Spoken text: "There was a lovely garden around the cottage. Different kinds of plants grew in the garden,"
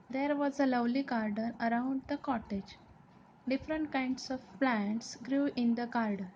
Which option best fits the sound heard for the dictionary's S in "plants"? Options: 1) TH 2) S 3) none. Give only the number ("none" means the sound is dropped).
2